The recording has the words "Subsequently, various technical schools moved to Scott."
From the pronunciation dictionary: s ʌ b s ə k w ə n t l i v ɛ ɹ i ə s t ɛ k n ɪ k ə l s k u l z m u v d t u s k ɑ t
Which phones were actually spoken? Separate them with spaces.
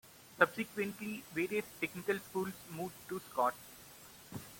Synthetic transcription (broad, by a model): s ʌ b s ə k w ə n t l i v ɛ ɹ i ə s t ɛ k n ɪ k ə l s k u l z m u d t u s k ɑ t